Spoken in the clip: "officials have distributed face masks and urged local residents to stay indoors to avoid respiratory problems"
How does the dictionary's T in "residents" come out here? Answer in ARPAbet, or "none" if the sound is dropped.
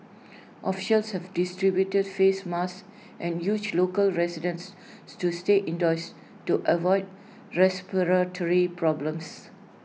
S